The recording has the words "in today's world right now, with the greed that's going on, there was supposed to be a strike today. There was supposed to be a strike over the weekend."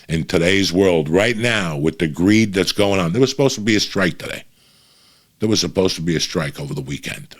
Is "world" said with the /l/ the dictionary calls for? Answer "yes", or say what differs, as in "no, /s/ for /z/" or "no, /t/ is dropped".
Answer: yes